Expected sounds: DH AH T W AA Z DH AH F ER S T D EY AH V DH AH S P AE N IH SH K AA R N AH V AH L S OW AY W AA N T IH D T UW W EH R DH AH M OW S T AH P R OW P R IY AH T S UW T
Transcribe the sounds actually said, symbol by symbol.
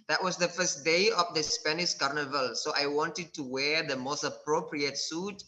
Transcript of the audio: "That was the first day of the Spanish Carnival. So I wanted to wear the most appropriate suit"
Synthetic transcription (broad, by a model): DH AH T W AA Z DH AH F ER S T D EY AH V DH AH S P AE N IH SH K AA R N AH V AH L S OW AY W AA N T IH D T UW W EH R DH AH M OW S T AH P R OW P R IY AH T S UW T